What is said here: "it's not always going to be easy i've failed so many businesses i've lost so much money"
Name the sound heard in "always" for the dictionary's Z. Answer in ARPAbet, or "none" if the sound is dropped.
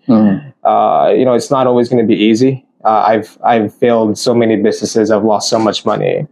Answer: Z